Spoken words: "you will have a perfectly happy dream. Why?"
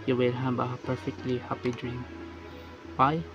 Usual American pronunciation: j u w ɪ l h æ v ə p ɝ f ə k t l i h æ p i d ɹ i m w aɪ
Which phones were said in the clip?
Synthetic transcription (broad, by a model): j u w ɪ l h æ b ə p ɝ f ə k t l i h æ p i d ɹ i m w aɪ